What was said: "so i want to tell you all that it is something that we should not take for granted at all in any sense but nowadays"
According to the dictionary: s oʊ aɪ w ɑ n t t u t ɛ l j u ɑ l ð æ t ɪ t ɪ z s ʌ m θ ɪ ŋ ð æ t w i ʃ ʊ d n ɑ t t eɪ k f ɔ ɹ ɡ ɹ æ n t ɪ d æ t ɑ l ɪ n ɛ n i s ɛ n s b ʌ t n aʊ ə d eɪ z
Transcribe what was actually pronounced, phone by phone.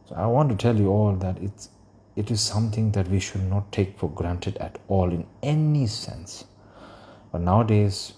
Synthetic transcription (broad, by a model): s oʊ aɪ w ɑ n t t u t ɛ l j u ɑ l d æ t ɪ t ɪ z s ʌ m t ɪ ŋ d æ t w i ʃ ʊ d n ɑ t t eɪ k f ɔ ɹ ɡ ɹ æ n t ɪ d æ t ɑ l ɪ n ɛ n i s ɛ n s b ʌ t n aʊ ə d eɪ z